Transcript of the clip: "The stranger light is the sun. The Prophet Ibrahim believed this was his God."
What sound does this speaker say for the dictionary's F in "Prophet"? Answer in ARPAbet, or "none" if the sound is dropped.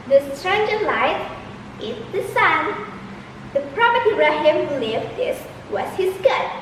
P